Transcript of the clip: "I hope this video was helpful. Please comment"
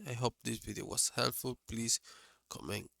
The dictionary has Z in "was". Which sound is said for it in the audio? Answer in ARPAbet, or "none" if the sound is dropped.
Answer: S